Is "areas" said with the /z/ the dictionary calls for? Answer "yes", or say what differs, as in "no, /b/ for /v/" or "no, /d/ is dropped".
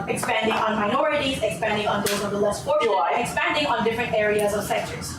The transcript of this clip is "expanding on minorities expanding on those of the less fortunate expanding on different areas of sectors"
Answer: yes